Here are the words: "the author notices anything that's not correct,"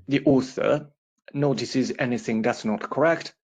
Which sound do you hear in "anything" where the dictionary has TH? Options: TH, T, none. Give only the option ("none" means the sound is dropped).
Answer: TH